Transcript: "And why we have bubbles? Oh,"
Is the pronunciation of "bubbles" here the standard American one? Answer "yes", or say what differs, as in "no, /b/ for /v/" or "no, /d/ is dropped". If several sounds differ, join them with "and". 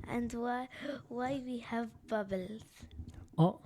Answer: yes